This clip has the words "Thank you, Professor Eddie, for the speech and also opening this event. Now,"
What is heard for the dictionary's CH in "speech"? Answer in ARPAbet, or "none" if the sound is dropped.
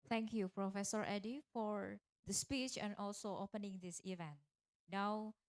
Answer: CH